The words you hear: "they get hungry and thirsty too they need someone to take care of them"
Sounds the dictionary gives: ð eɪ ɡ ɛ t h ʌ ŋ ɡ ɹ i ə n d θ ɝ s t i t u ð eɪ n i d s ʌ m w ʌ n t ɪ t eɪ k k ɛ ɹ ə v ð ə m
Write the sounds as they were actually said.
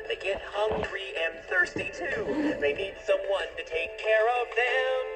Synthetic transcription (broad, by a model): ð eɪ ɡ ɛ t h ʌ ŋ ɡ ɹ i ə n θ ɝ s t i t u ð eɪ n i d s ʌ m w ʌ n t ɪ t eɪ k k ɛ ɹ ə v ð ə m